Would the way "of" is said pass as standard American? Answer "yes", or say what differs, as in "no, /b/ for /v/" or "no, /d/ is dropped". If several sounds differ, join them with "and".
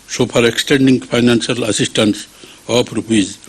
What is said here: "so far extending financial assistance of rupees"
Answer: no, /p/ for /v/